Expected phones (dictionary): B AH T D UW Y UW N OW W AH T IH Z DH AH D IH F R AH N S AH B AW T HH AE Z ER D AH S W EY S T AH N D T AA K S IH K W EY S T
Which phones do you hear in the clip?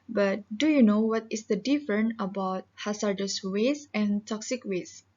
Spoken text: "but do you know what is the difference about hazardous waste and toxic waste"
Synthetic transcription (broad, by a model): B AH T D UW Y UW N OW W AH T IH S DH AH D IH F R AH N AH B AW T HH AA S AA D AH S W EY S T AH N T AA K S IH K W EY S